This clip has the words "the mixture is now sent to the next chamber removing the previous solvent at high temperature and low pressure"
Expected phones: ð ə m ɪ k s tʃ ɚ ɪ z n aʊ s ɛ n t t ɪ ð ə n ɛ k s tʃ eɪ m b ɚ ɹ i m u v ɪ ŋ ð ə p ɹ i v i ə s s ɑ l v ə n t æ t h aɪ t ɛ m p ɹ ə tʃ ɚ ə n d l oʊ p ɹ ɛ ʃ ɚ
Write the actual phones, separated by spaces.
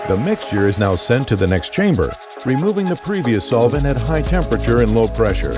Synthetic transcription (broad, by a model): ð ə m ɪ k s tʃ ɚ ɪ z n aʊ s ɛ n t t ɪ ð ə n ɛ k s tʃ eɪ m b ɚ ɹ i m u v ɪ ŋ ð ə p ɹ i v i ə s s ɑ l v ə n æ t h aɪ t ɛ m p ɹ ə tʃ ɚ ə n l oʊ p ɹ ɛ ʃ ɚ